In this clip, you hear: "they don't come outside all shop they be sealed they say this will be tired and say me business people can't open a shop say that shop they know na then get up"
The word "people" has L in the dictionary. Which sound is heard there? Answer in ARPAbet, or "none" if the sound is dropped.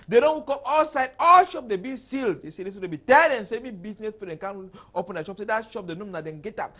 N